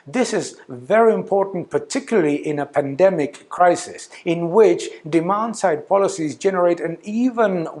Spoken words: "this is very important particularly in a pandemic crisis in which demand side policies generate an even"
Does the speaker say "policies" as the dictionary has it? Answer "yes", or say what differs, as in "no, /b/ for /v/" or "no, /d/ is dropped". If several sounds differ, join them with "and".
yes